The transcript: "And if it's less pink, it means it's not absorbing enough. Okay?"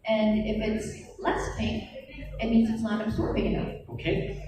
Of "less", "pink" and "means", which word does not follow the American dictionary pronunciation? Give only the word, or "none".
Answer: pink